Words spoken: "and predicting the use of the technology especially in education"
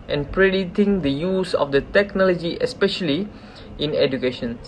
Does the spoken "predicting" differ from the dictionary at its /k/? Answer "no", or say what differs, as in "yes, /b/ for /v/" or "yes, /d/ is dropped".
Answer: yes, /k/ is dropped